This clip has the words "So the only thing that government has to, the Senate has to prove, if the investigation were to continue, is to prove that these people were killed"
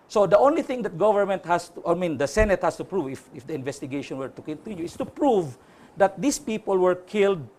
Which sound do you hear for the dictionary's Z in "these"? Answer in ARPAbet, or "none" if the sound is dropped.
S